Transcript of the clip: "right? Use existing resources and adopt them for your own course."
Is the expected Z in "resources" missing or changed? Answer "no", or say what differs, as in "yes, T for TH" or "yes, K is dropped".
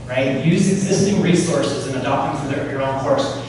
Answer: no